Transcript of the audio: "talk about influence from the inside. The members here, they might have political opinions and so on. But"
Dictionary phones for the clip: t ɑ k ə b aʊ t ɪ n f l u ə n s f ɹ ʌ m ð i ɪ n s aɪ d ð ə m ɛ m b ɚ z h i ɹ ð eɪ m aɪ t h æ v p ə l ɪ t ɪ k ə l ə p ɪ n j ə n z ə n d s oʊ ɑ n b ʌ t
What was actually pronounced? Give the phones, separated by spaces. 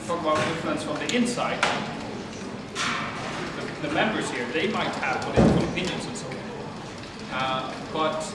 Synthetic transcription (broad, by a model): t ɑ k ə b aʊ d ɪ f u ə n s f ɹ ʌ m ð i ɪ n s aɪ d ð ə m ɛ m b ɚ z h i ɹ ð eɪ m aɪ t h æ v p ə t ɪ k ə n ə p ɪ n j ə n z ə n s oʊ ɑ n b ʌ t